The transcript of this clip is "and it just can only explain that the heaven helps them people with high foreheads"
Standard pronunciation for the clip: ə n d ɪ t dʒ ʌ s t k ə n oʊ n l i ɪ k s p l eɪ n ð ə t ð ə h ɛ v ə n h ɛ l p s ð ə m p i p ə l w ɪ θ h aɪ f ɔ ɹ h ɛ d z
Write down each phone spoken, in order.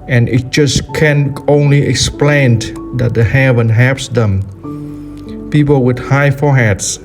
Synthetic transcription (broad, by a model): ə n ɪ t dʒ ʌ s k ə n oʊ n l i ɪ k s p l eɪ n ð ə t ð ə h ɛ v ə n h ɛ p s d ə m p i p ə l w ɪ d h aɪ f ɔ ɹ h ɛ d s